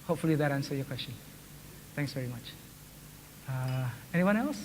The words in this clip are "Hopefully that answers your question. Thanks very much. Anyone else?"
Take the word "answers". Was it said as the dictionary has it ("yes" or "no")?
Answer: no